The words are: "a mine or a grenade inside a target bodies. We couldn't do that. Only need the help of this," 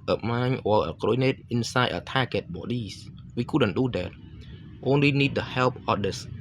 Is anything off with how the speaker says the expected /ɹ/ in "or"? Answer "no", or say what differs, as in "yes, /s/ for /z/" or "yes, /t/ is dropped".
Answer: yes, /l/ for /ɹ/